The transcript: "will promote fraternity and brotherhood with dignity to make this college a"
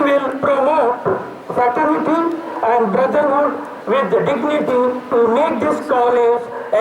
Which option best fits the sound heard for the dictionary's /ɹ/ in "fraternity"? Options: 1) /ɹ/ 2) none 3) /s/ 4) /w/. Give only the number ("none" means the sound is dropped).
2